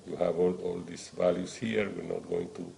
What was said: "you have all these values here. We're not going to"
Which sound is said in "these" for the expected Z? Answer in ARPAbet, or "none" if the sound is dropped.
S